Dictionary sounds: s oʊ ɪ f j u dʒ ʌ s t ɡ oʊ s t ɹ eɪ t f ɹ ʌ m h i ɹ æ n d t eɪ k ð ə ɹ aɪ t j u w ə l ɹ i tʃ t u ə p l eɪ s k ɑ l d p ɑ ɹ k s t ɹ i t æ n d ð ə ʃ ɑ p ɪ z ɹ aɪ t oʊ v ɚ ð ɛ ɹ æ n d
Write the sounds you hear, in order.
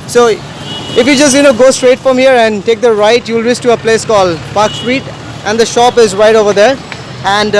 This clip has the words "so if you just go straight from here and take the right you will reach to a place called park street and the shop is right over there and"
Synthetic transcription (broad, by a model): s oʊ ɪ f j u dʒ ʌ s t ɡ oʊ s t ɹ eɪ t f ɹ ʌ m h i ɹ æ n d t eɪ k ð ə ɹ aɪ t j u l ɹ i s t u ə p l eɪ s k ɑ l d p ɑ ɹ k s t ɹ i t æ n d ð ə ʃ ɑ p ɪ z ɹ aɪ t oʊ v ɚ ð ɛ ɹ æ n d